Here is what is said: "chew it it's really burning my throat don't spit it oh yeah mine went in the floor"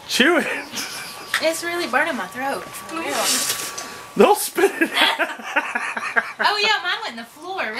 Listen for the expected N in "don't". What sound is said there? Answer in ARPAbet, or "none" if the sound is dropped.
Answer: L